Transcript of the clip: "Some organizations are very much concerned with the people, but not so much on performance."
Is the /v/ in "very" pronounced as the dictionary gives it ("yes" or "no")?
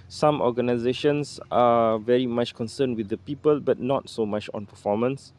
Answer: yes